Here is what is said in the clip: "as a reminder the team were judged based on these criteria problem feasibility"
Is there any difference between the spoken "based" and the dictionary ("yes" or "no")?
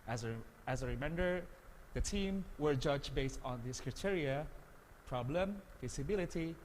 no